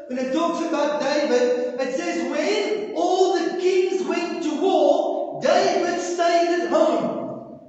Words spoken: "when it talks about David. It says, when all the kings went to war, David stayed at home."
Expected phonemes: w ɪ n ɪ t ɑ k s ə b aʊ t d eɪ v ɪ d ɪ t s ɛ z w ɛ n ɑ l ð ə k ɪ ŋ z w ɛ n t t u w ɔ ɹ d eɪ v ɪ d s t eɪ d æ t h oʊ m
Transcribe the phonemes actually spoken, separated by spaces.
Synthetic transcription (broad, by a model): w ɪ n ɪ t ɑ k s ə b aʊ t d eɪ v ɪ d ɪ t s ɛ z w ɛ n ɑ l ð ə k ɪ ŋ z w ɛ n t t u w ɔ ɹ d eɪ v ɪ d s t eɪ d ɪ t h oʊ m